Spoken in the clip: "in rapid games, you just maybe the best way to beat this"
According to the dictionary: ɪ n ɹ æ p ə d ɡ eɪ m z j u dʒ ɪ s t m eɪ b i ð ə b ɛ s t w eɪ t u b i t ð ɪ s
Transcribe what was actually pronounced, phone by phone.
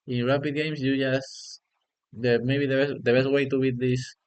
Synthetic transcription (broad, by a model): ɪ n ɹ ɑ p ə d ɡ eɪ m s j u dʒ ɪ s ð m eɪ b i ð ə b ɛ s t w eɪ t u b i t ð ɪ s